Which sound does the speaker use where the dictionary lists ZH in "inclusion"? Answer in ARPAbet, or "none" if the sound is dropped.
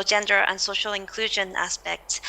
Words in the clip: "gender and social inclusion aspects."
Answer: ZH